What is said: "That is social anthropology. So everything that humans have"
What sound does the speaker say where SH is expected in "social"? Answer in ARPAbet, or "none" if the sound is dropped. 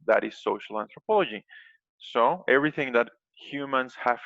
SH